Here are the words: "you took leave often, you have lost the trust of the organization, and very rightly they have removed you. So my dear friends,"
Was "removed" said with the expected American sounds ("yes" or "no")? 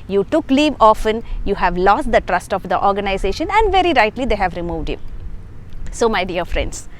yes